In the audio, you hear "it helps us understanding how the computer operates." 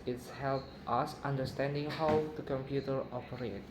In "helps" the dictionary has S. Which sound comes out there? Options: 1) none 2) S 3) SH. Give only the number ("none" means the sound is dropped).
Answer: 1